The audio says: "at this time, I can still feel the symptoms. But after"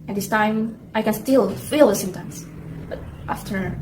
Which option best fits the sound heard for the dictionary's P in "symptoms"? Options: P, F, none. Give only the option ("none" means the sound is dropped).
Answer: none